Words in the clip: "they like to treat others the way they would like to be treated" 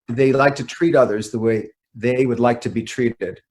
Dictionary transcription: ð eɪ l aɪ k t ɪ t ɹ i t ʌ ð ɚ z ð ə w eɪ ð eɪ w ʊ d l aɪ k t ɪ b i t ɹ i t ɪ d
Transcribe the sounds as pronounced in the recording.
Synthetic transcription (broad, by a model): ð eɪ l aɪ k t ɪ t ɹ i t ʌ ð ɚ z ð ə w eɪ ð eɪ w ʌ d l aɪ k t ɪ b i t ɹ i t ɪ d